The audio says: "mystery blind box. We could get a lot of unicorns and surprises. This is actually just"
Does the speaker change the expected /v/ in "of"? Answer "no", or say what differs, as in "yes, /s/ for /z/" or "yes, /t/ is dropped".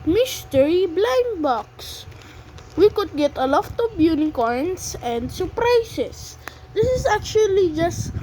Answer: yes, /b/ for /v/